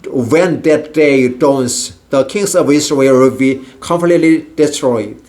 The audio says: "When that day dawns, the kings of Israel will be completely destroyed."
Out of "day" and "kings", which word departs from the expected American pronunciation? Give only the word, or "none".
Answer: kings